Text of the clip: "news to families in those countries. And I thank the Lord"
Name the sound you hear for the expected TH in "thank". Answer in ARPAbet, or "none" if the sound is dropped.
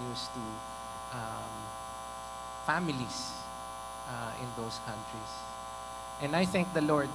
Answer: TH